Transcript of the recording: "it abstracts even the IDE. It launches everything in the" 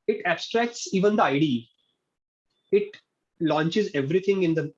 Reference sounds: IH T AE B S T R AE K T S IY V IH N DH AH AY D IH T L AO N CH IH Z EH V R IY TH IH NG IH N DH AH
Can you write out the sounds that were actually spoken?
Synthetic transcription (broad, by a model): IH T AE B S T R AE K T S IY V IH N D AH AY D IH T L AO N CH IH Z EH V R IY T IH NG IH N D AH